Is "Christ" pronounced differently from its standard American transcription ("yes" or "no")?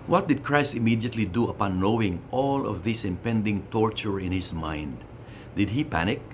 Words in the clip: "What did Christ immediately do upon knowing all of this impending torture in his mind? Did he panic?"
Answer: no